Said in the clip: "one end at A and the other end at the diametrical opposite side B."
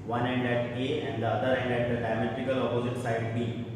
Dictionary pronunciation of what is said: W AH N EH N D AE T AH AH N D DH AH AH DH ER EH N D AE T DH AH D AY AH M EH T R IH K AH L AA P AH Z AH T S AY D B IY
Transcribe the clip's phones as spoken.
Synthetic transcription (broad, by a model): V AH N EH N D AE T AH AH N D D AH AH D ER EH N D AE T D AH D AY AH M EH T IH K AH L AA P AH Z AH T S AY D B IY